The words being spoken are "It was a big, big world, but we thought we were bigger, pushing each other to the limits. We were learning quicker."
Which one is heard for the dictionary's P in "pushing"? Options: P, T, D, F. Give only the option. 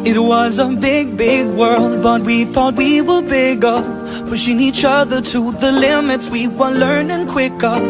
F